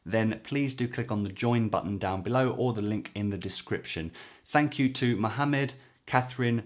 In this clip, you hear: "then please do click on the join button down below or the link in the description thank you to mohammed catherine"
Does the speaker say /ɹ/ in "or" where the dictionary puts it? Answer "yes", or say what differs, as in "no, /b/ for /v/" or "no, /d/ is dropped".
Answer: no, /l/ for /ɹ/